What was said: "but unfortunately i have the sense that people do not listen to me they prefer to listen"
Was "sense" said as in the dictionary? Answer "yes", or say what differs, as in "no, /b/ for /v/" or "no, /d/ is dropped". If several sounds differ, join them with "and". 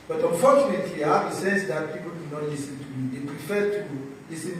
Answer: no, /n/ is dropped